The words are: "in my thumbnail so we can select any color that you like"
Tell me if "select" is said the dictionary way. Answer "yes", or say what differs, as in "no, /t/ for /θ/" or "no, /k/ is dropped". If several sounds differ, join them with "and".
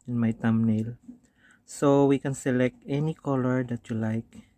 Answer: yes